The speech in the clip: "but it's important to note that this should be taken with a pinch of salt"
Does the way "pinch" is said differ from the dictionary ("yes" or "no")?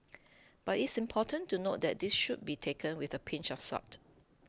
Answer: no